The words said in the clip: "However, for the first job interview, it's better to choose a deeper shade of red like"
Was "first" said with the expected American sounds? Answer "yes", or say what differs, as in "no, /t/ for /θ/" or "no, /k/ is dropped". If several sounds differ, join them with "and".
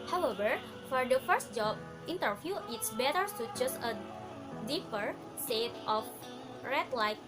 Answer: yes